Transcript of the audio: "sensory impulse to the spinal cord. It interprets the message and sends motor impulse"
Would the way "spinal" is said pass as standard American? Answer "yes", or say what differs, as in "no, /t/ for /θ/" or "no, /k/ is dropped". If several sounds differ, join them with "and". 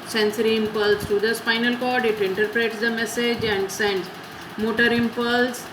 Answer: no, /f/ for /p/